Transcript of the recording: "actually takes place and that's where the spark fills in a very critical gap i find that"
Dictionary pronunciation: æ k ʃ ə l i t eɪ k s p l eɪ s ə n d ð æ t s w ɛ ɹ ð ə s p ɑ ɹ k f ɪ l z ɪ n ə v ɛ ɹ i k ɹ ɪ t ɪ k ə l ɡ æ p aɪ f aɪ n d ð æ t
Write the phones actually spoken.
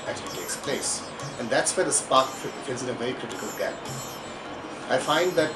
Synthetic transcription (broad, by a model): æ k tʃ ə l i t eɪ k s p l eɪ s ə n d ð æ t s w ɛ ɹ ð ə s p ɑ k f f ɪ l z ɪ n ə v ɛ i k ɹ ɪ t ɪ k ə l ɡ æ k aɪ f aɪ n d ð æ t